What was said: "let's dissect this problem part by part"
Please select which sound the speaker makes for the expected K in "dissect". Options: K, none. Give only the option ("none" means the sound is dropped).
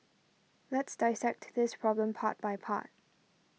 K